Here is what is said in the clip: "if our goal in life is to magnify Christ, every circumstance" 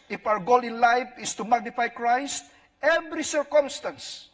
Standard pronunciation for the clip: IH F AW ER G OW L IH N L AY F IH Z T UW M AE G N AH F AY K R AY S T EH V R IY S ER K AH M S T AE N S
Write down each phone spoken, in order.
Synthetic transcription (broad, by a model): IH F AW ER G OW L IH N L AY F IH S T UW M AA G N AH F AY K R AY S T EH V R IY S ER K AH M S T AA N S